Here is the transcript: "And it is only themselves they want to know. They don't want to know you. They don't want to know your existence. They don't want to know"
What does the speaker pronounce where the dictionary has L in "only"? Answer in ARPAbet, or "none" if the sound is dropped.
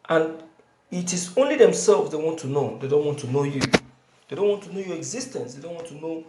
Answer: L